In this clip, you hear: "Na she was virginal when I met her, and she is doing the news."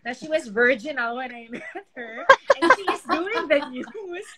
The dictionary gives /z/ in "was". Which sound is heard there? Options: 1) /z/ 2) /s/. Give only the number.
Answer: 1